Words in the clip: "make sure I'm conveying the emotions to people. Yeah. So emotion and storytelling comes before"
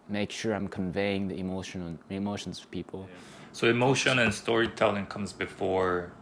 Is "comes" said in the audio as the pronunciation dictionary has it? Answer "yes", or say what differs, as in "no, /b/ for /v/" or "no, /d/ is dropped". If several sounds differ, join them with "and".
yes